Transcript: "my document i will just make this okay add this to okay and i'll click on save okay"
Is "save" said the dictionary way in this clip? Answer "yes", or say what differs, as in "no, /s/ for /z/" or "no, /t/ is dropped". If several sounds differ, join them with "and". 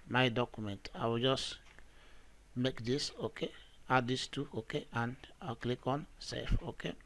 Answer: no, /f/ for /v/